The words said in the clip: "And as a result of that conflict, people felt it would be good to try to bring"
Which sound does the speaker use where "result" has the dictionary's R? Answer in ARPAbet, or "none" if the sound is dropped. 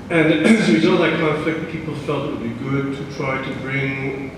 W